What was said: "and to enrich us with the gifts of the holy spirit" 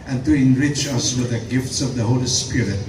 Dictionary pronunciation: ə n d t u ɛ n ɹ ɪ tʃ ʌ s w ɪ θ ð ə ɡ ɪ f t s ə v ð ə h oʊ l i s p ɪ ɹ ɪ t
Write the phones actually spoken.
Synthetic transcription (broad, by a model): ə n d t u ɛ n ɹ ɪ tʃ ʌ s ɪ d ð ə ɡ ɪ f t s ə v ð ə h oʊ l i s p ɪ ɹ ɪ t